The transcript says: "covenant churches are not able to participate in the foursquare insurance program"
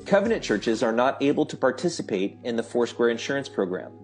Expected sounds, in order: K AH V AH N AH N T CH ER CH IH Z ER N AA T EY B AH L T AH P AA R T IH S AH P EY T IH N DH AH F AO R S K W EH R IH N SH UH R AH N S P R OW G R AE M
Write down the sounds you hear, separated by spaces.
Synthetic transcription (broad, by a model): K AH V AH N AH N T CH ER CH IH Z ER N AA T EY B L T AH P AA R T IH S AH P EY T IH N DH AH F AO R S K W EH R IH N SH UH R AH N S P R OW G R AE M